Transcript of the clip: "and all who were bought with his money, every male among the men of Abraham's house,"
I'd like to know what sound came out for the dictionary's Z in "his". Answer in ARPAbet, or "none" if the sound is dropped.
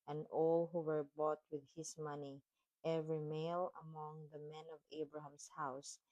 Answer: S